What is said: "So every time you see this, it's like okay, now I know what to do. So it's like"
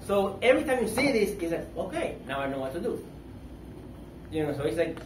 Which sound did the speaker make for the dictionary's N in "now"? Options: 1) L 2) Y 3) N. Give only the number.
3